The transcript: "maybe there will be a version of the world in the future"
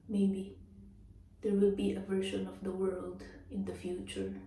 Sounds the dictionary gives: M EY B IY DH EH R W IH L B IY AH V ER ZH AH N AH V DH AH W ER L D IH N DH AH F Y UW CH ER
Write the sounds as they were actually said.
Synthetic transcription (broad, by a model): M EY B IY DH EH R W IH L B IY AH V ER SH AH N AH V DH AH W ER L D IH N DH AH F Y UW CH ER